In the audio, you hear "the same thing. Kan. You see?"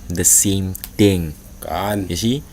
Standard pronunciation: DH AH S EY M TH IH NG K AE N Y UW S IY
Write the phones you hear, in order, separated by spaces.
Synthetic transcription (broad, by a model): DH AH S EY M T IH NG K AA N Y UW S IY